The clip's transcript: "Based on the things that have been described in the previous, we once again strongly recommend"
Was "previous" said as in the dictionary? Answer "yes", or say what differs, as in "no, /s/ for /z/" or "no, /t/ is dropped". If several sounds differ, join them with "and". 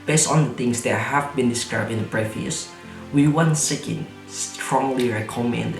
no, /f/ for /v/